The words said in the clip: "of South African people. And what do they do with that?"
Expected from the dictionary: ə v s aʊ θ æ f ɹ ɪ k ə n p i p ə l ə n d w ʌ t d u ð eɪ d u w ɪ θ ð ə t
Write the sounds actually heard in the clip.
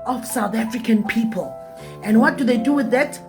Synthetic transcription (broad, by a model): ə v s aʊ θ æ f ɹ ɪ k ə n p i p ə l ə n w ʌ t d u ð eɪ d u w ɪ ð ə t